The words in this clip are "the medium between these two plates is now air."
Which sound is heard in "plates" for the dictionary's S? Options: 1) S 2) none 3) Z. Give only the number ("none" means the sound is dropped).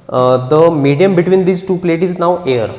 2